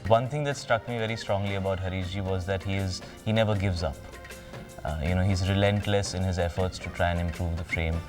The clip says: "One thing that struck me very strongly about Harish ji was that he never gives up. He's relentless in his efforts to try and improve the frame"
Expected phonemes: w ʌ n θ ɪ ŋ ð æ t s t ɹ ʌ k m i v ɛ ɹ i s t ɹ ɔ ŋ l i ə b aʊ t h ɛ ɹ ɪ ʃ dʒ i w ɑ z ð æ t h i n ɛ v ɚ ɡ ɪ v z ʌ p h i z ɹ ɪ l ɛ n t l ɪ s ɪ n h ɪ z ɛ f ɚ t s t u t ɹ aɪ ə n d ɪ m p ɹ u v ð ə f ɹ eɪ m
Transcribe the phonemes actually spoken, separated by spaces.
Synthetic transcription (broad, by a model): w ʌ n t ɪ ŋ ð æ t s t ɹ ʌ k m i v ɛ ɹ i s t ɹ ɔ ŋ l i ə b aʊ t h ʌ ɹ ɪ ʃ dʒ i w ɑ z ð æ t h i n ɛ v ɚ ɡ ɪ v z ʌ p h i z ɹ ɪ l ɛ n t l ɪ s ɪ n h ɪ z ɛ f ɚ t s t u t ɹ aɪ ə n ɪ m p ɹ u v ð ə f ɹ eɪ m